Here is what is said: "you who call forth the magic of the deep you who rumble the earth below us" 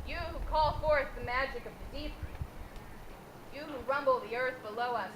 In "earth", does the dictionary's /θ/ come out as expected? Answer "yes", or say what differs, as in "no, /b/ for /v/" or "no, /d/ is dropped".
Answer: yes